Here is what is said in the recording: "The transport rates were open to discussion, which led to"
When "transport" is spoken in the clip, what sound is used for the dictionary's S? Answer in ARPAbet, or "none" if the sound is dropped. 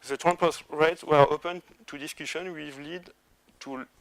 none